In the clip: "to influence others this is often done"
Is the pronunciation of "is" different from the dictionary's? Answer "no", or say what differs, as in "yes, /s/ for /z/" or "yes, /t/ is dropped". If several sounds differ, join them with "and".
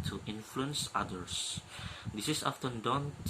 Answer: yes, /s/ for /z/